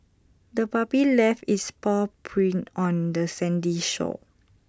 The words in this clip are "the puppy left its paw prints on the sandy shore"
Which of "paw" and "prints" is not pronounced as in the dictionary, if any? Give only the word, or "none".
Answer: prints